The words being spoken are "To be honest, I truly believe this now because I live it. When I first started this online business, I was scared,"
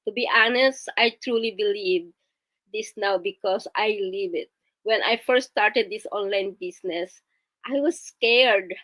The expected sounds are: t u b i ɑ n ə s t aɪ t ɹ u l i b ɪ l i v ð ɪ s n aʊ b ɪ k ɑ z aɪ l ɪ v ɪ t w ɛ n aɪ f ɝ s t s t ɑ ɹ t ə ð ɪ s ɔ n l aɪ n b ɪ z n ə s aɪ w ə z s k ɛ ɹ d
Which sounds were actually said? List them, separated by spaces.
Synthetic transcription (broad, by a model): t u b i ɑ n ə s t aɪ t ɹ u l i b ɪ l i v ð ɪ s n aʊ b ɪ k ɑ s aɪ l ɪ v ɪ t w ɛ n aɪ f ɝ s s t ɑ ɹ t ə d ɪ s ɔ n l aɪ n b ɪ s n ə s aɪ w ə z s k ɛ ɹ d